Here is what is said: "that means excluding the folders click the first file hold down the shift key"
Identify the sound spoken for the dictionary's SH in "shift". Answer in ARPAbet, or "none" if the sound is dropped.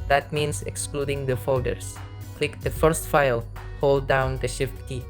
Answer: SH